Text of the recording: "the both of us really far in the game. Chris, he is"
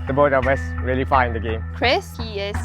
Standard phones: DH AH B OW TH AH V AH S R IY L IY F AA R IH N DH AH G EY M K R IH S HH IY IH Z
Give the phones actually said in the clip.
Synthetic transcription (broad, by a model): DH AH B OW T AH W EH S R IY L IY F AA IH N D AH G EY M K R IH S HH IY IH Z